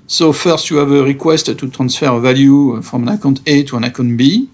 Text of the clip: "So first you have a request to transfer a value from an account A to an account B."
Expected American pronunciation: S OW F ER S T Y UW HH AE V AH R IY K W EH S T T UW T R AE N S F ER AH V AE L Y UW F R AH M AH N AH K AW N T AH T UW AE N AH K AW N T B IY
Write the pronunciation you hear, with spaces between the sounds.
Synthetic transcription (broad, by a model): S OW F ER S T Y UW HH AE V AH R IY K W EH S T T UW T R AE N S F ER AH V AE L Y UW F R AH M AH N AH K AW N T AH T UW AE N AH K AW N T B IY